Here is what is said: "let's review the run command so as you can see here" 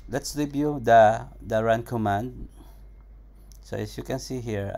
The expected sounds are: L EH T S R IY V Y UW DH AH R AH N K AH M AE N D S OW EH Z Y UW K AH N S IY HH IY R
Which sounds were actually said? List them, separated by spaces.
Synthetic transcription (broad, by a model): L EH T S L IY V Y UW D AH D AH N K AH M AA N D S OW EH S Y UW K AH N S IY HH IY R